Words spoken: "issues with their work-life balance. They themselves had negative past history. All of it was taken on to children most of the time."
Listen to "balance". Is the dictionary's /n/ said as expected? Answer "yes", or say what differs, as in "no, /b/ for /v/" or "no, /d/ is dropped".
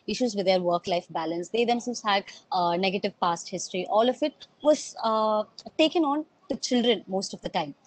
yes